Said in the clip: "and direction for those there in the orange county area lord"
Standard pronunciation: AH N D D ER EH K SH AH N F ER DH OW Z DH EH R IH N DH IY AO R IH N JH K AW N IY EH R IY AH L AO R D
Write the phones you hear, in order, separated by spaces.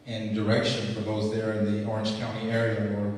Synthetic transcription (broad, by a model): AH N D D ER EH K SH AH N F ER DH OW Z DH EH R IH N DH IY AO R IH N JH K AW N IY EH R IY AH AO R